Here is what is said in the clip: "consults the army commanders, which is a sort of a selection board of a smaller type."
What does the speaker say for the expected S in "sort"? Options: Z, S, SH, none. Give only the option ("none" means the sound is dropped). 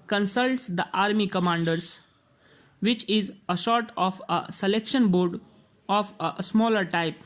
SH